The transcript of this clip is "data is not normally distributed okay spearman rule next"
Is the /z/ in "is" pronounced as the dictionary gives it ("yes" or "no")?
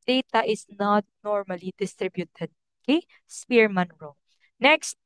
no